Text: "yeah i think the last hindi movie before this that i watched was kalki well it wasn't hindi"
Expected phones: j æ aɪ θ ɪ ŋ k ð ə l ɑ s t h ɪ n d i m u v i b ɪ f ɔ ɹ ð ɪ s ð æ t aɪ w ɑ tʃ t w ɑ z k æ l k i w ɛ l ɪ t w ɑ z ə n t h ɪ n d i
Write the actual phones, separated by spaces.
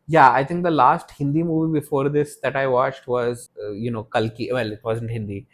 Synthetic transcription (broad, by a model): j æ aɪ t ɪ ŋ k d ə l ɑ s t h ɪ n d i m u v i b ɪ f ɔ ɹ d ɪ s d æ t aɪ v ɑ tʃ t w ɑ z k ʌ l k i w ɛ l ɪ t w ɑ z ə n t h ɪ n d i